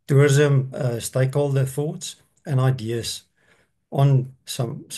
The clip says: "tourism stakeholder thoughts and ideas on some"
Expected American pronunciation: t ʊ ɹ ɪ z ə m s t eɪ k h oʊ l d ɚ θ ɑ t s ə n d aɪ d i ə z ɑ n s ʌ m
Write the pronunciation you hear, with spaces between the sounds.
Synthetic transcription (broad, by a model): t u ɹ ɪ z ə m s t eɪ k h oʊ l d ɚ θ ɑ t s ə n aɪ d i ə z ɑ n s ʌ m